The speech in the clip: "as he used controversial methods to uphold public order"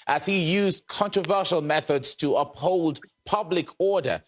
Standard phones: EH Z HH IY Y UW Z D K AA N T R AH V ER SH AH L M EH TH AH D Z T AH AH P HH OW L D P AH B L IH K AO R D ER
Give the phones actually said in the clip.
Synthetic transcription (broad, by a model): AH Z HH IY Y UW Z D K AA N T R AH V ER SH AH L M EH TH AH D Z T AH AH P HH OW L D P AH B L IH K AO R D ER